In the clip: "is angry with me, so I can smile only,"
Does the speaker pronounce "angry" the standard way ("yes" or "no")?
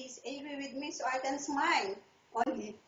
no